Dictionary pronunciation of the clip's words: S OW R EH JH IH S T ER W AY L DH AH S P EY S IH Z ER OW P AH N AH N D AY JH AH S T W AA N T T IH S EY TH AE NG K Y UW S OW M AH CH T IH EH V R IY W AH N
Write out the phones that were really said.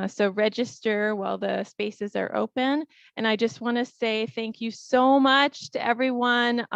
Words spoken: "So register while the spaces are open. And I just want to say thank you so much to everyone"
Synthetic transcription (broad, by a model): S OW R EH JH IH S T ER W AY L DH AH S P EY S IH Z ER OW P AH N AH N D AY JH AH S T W AA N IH S EY TH AE NG K Y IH S OW M AH CH T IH EH V R IY W AH N